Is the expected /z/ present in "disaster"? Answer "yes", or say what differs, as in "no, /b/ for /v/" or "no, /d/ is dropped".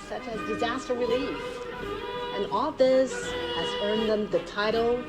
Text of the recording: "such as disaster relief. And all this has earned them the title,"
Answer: yes